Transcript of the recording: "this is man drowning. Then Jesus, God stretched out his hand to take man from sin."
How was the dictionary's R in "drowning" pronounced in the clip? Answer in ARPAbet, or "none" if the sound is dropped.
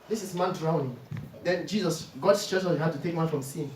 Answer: R